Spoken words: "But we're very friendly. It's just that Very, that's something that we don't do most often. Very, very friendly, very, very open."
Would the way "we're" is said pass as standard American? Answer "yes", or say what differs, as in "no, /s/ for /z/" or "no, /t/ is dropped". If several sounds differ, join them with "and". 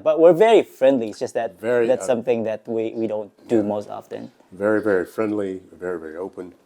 yes